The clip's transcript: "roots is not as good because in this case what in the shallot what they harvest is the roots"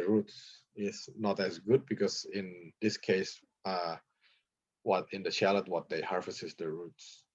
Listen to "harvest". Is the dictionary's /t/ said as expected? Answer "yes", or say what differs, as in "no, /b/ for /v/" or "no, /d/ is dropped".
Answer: no, /t/ is dropped